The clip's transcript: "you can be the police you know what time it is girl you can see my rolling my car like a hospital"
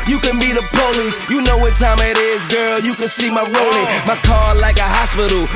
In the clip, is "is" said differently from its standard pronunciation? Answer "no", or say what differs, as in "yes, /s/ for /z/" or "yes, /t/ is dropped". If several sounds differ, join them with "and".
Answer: no